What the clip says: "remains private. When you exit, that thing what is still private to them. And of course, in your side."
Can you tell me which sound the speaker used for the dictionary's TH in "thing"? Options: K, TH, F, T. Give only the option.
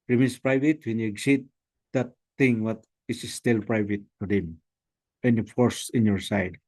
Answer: T